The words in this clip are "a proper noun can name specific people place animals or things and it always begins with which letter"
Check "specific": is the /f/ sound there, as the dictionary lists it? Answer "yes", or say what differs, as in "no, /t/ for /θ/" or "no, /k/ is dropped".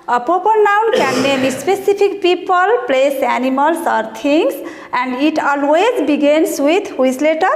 no, /p/ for /f/